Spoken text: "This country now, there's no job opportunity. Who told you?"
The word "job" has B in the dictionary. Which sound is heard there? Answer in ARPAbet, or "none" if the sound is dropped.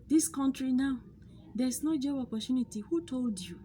none